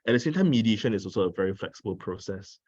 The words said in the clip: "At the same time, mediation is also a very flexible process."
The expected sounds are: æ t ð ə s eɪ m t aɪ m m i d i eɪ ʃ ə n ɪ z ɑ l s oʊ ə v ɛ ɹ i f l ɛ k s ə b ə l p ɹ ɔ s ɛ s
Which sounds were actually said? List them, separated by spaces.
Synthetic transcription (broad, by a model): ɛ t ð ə s eɪ m t aɪ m m i d i eɪ ʃ ə n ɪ s ɑ l s oʊ ə v ɛ ɹ i f l ɛ k s ə b ə l p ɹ ɔ s ɛ s